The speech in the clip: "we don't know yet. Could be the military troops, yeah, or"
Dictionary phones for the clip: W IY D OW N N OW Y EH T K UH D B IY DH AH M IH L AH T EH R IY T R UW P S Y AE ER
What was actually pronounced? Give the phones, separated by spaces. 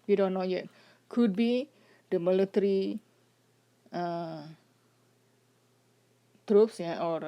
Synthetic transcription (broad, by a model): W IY D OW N N OW Y EH T K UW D B IY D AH M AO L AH T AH R IY T R UW P S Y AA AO